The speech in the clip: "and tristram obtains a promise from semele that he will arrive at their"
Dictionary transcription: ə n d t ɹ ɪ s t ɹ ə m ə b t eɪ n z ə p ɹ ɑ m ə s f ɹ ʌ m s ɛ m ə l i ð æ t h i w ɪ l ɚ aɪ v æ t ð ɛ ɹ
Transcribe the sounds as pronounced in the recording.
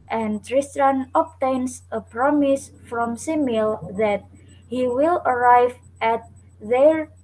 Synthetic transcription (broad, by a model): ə n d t ɹ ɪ s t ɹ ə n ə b t eɪ n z ə p ɹ ɑ m ə s f ɹ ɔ m s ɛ m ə l ð æ t h i w ɪ l ɚ aɪ v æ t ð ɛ ɹ